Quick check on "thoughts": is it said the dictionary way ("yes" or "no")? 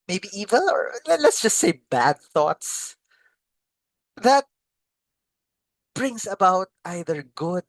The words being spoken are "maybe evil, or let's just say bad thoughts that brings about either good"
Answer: yes